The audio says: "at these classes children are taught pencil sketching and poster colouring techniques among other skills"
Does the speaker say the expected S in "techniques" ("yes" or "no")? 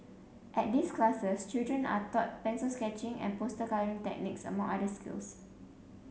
yes